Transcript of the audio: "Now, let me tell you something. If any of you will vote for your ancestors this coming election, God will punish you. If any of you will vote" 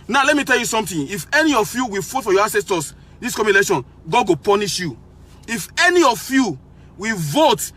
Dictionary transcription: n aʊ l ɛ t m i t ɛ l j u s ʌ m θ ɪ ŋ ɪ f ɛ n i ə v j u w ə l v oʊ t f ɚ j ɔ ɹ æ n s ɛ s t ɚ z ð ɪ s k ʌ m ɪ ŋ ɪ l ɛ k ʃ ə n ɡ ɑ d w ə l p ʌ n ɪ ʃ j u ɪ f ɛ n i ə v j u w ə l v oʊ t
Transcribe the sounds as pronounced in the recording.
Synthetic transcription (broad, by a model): n aʊ l ɛ t m i t ɛ l j u s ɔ m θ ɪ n ɪ f ɛ n i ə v j u w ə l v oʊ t f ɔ j ɔ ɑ s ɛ s t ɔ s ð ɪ s k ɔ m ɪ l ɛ ʃ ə n ɡ ɑ d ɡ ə p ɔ n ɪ ʃ j u ɪ f ɛ n i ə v j u w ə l v oʊ t